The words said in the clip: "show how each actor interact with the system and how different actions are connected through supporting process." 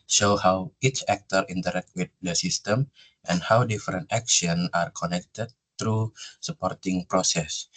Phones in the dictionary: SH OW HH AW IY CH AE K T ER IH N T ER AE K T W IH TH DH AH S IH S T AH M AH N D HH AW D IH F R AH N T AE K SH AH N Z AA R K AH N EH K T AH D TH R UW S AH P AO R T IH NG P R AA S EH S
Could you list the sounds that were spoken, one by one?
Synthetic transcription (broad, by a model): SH OW HH AW IY CH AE K T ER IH N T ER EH K T W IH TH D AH S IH S T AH M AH N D HH AW D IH F R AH N T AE K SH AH N AA R K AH N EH K T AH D T R UW S AH P AO R T IH NG P R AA S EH S